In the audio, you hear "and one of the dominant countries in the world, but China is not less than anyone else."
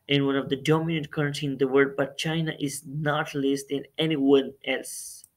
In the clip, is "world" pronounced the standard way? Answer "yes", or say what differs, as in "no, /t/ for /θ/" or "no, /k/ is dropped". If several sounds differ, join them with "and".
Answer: no, /l/ is dropped